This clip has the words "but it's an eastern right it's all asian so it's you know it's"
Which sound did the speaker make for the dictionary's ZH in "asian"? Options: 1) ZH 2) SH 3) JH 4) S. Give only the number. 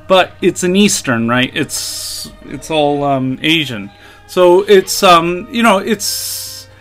1